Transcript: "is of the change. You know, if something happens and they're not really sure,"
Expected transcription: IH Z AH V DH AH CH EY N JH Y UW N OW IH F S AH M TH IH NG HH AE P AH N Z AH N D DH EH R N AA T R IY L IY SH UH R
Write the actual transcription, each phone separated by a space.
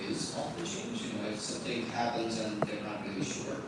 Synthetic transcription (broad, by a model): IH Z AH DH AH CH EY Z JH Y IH N OW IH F S AH M TH IH NG HH AE P AH N Z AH N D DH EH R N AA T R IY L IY SH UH R